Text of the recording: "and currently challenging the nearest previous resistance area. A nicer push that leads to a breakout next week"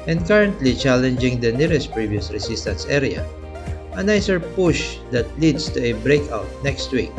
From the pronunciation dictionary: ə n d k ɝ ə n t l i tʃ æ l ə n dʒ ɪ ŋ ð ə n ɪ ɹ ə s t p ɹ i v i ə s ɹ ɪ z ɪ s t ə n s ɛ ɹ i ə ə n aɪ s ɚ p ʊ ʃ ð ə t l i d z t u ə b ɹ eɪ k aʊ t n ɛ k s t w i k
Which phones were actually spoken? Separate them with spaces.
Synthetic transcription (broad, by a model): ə n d k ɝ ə n t l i tʃ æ l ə n dʒ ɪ ŋ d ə n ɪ ɹ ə s t p ɹ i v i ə s ɹ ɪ s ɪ s t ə n s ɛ ɹ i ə ə n aɪ s ɚ p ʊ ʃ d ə t l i d s t u ə b ɹ eɪ k aʊ t n ɛ k s t w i k